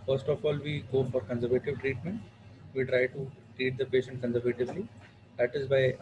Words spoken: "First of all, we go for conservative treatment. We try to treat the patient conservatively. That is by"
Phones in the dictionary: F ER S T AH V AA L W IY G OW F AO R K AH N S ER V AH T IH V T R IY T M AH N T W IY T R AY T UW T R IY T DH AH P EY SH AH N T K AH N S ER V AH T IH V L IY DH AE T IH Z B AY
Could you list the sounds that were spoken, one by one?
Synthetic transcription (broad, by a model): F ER S T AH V AA L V IY G OW F AO R K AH N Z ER V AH T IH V T R IY T M AH N T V IY T R AY T UW T R IY T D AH P EY SH AH N T K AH N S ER V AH T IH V L IY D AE T IH Z B AY